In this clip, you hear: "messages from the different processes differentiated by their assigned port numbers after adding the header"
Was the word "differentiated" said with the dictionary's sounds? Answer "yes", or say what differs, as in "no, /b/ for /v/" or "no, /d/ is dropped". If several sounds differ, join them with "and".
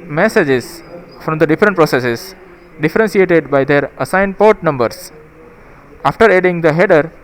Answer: no, /s/ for /ʃ/